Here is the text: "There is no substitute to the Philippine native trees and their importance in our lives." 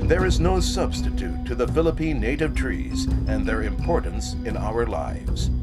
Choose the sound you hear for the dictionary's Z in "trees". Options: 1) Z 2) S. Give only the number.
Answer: 1